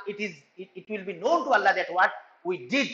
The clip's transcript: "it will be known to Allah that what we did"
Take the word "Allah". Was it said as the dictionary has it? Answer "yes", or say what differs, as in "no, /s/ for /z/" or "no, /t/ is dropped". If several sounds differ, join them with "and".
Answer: yes